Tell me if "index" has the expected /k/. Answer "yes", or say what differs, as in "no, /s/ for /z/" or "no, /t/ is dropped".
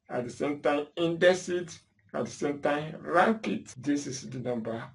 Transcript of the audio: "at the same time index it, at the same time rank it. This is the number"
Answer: no, /k/ is dropped